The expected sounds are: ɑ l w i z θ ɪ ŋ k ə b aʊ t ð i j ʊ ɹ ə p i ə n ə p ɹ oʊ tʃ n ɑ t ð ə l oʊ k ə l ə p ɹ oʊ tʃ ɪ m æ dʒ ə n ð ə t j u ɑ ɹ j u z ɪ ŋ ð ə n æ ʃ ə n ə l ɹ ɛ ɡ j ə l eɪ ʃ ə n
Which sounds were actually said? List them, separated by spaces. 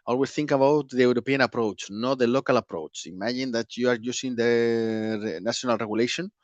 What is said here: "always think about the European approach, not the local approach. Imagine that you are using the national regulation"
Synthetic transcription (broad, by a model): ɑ l w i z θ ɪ ŋ k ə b aʊ t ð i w ɹ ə p i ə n ə p ɹ oʊ tʃ n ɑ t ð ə l oʊ k ə l ə p ɹ oʊ tʃ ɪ m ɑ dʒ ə n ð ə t j u ɑ ɹ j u s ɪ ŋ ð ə n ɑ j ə n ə l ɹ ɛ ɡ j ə l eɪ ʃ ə n